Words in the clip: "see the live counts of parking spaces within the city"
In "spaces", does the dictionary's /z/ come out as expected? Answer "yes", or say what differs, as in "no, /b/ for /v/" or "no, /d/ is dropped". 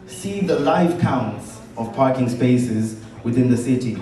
yes